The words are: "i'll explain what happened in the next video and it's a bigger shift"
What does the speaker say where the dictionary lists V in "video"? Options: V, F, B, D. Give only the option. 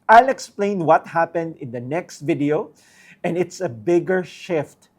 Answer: V